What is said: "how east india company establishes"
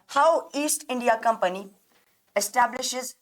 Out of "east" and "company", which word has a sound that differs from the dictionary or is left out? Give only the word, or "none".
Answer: none